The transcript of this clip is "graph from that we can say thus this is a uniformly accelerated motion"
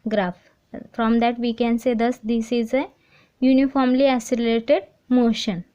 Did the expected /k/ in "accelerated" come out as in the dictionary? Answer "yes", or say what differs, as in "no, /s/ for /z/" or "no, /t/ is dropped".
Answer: no, /k/ is dropped